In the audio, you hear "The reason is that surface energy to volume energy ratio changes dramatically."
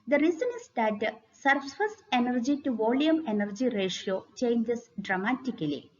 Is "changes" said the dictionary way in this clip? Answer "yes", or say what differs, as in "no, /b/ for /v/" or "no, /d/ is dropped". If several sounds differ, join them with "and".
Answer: no, /s/ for /z/